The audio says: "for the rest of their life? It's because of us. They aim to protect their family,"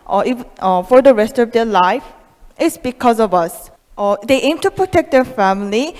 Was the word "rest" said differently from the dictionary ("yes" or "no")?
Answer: no